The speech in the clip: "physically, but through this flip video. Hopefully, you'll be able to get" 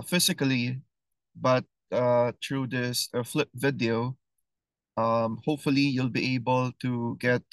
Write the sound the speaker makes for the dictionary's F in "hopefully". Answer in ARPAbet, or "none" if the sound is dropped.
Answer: F